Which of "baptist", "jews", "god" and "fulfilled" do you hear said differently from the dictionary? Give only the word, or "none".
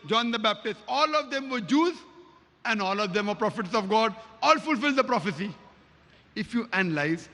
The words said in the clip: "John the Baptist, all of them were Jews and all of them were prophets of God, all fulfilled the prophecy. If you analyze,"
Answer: none